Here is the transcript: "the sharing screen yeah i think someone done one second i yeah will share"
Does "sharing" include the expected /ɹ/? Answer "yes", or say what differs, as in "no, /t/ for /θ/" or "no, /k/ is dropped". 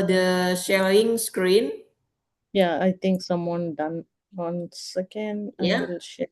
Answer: no, /ɹ/ is dropped